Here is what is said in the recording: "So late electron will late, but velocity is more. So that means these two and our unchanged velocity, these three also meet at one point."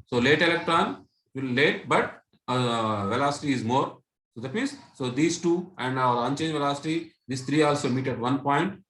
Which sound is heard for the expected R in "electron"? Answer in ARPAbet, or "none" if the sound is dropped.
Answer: R